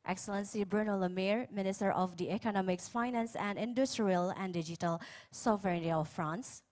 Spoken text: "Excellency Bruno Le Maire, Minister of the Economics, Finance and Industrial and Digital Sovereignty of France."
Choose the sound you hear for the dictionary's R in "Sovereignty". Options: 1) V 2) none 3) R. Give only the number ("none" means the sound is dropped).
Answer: 2